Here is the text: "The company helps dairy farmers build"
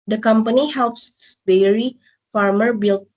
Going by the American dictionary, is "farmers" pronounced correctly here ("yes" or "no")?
no